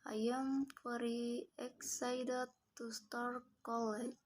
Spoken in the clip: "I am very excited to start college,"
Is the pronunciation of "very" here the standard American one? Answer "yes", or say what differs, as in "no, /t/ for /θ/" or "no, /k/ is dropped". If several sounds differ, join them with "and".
no, /f/ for /v/